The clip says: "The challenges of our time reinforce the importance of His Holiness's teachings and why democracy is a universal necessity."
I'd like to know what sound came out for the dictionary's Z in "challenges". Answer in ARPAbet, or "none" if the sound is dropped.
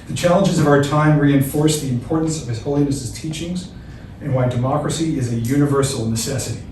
Z